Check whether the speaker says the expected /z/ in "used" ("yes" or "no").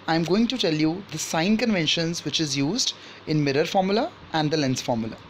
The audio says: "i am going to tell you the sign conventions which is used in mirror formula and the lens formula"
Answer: yes